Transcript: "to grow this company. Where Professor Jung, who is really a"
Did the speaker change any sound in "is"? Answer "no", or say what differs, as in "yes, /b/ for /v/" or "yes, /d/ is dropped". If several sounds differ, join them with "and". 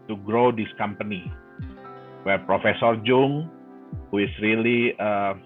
yes, /s/ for /z/